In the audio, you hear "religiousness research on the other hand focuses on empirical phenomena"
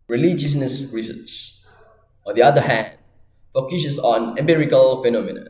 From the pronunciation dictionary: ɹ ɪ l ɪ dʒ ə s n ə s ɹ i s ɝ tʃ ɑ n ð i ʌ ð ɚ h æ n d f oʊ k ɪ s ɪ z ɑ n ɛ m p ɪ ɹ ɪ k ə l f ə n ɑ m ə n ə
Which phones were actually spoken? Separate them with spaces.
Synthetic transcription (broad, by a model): ɹ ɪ l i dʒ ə s n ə s ɹ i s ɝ s ɑ n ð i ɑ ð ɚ h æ n d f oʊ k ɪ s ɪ s ɑ n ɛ m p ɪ ɹ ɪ k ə l f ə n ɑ m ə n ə